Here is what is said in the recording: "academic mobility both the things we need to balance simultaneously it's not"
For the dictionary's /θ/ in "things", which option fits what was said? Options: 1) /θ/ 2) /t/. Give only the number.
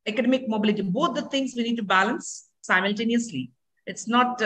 2